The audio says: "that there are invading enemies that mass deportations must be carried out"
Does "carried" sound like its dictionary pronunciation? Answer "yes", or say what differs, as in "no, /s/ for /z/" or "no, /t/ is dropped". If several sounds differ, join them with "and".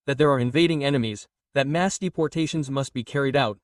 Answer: yes